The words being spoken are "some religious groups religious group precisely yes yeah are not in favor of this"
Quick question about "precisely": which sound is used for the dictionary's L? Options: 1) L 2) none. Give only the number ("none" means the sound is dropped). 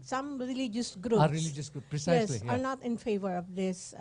2